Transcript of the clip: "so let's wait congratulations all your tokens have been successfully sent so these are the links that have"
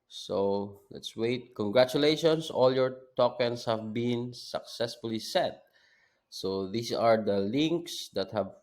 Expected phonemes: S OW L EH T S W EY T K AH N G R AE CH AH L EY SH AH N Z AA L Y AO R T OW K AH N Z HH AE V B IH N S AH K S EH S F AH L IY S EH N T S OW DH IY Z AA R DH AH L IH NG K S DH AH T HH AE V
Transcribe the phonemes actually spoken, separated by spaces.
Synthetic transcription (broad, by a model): S OW L EH T S W EY T K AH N G R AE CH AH L EY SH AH N S AA L Y AO R T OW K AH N S HH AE V B IH N S AH K S EH S F AH L IY S EH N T S OW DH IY S AA R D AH L IH NG K S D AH T HH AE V